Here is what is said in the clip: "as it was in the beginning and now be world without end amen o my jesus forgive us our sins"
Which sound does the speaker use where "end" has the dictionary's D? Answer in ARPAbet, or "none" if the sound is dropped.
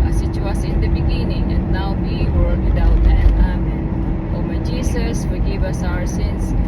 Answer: none